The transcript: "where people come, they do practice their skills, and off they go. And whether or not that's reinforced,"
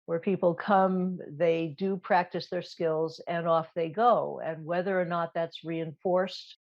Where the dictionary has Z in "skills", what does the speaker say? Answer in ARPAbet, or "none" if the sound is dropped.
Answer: Z